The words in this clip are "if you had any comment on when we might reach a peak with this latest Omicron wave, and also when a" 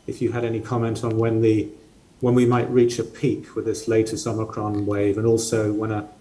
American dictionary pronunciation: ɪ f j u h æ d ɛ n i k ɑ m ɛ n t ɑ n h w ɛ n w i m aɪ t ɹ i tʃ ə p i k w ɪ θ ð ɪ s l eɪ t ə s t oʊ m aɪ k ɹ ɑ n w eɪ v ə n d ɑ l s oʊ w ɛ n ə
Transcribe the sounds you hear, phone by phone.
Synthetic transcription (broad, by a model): ɪ f j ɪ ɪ d ɛ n i k ɑ m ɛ n t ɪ n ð w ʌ n w i m aɪ t ɹ i tʃ ə p i k w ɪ ð ɪ s l eɪ t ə s oʊ m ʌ k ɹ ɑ n w eɪ v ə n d ɑ l s oʊ w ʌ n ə